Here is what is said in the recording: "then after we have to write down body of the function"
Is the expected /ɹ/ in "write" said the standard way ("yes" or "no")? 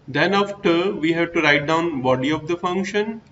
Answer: yes